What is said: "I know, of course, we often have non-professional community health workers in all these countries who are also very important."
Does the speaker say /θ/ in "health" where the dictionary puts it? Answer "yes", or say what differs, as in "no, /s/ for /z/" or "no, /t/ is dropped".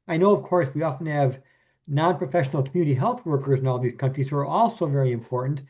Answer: yes